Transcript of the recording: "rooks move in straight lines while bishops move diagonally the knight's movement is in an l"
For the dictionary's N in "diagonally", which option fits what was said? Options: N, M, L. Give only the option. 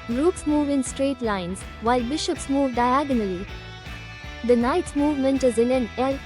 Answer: N